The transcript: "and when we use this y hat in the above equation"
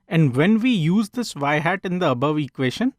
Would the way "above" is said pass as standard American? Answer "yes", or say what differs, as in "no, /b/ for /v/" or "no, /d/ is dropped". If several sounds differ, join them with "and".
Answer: yes